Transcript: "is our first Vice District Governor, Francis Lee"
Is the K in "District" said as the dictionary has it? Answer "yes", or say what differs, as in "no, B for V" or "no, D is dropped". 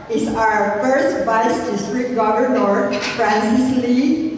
no, K is dropped